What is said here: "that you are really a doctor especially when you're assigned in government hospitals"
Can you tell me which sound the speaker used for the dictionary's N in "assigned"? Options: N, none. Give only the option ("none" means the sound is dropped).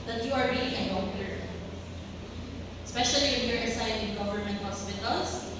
none